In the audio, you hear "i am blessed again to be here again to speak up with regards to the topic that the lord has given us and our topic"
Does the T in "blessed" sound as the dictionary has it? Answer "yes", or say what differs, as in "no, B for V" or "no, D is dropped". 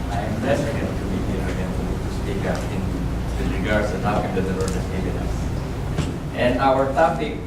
no, T is dropped